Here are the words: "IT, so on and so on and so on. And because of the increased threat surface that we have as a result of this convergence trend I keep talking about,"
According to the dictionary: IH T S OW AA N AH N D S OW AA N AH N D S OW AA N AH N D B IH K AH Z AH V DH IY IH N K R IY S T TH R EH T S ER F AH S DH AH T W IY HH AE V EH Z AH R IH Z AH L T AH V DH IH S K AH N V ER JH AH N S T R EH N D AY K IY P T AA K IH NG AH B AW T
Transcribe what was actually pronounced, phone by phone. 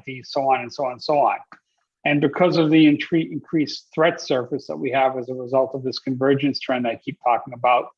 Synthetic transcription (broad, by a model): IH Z S OW AA N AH N S OW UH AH N S OW AA N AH N B IH K AH Z AH V DH IY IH N K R IY S TH R EH T S ER F AH S DH AH T W IY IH V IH Z AH R IH Z AH L T AH V DH IH S K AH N V ER JH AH N S T R EH N D AY K IY P T AA K IH NG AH B AW T